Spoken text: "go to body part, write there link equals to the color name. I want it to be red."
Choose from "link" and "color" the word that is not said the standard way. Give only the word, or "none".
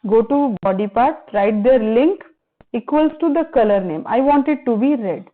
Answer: none